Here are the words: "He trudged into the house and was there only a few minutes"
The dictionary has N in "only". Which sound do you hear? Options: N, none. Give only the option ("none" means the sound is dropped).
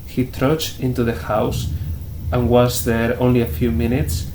N